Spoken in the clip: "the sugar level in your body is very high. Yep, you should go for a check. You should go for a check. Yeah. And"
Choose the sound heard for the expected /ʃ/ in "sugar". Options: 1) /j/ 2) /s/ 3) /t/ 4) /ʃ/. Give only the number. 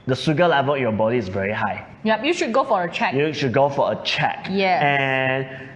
2